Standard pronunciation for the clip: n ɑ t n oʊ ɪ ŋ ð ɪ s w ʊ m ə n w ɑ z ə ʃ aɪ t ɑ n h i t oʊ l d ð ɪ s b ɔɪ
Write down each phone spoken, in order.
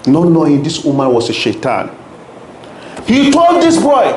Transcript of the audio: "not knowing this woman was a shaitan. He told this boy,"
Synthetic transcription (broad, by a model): n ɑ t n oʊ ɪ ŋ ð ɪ s w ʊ m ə n w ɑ s ə ʃ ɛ t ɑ n h i t oʊ l d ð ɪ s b ɔɪ